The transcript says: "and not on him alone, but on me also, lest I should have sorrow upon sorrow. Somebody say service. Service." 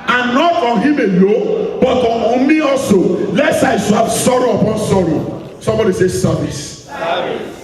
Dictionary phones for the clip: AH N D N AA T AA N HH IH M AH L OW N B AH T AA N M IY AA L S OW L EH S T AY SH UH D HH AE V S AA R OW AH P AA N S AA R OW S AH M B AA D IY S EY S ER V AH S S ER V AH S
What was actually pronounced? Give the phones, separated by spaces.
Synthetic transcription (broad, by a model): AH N N AA T AA N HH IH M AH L OW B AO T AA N M IY AA L S OW L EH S AY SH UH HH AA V S AA R OW AH P AA N S AA R OW S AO M B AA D IY S EY S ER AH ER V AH S